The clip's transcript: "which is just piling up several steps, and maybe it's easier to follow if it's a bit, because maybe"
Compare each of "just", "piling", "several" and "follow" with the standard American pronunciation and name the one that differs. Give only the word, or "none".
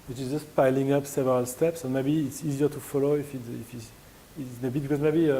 none